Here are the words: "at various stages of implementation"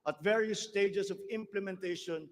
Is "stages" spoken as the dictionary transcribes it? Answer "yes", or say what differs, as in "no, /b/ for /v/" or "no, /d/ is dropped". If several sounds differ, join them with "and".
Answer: no, /s/ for /z/